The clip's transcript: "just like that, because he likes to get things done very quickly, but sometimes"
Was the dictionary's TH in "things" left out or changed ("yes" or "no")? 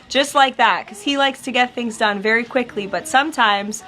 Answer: no